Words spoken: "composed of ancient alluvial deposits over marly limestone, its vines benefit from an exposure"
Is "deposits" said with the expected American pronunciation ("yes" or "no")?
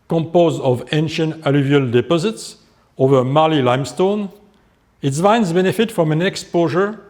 yes